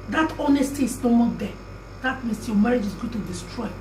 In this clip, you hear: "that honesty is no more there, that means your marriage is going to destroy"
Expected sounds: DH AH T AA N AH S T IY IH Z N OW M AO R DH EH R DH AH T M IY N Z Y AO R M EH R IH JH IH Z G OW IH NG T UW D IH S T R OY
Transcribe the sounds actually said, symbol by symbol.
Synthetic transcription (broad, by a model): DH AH T AA N AH S T IY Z N OW M AO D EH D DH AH T M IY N S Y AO M EH R IH JH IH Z G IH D T UW D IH S T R OY